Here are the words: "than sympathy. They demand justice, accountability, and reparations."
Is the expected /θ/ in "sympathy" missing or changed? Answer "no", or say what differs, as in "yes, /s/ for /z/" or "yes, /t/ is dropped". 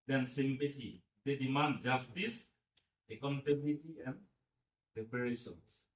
yes, /t/ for /θ/